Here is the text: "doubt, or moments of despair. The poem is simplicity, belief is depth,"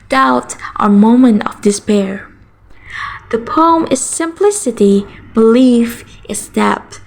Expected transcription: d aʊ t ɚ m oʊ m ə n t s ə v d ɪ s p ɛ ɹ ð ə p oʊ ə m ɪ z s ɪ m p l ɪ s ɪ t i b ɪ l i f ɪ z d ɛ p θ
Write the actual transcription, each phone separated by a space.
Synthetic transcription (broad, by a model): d aʊ t ɚ m oʊ m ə n t ə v d ɪ s p ɛ ɹ ð ə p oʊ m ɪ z s ɪ m p l ɪ s ɪ t i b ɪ l i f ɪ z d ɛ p